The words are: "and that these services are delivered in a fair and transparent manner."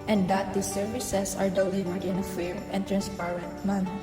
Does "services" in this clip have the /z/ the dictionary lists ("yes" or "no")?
no